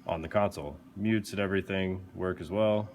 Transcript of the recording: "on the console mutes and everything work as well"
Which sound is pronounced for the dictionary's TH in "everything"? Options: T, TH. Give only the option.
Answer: TH